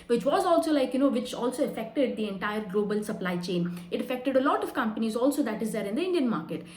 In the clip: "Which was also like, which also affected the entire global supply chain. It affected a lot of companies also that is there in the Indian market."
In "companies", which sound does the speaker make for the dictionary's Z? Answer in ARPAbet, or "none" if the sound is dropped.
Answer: Z